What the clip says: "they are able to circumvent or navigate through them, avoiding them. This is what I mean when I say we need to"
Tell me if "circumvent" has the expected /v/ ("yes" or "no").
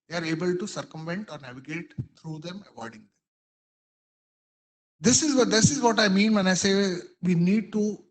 yes